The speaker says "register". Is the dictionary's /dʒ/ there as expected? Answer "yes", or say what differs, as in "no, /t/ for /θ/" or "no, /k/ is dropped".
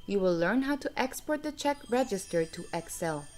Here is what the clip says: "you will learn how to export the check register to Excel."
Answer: yes